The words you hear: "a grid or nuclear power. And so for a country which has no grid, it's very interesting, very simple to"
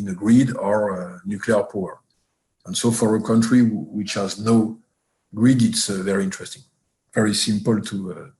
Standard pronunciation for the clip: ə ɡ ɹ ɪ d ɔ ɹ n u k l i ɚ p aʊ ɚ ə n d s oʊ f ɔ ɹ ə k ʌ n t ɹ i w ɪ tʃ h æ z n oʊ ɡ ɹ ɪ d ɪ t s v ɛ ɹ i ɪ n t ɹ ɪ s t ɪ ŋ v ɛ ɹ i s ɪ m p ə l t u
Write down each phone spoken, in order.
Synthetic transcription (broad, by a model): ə ɡ ɹ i d ɔ ɹ n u k l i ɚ p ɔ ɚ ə n s oʊ f ɔ ɹ ə k ʌ n t ɹ i w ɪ tʃ h æ z n oʊ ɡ ɹ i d ɪ t s v ɛ ɹ i ɪ n t ɹ ɪ s t ɪ ŋ v ɛ ɹ i s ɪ m p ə l t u